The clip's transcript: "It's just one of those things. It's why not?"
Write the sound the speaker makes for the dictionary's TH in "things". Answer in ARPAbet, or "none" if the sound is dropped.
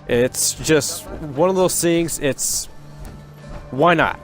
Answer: S